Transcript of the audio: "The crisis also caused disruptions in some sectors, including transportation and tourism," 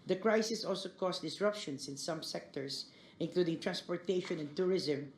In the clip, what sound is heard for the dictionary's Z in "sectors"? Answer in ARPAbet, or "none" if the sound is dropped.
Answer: S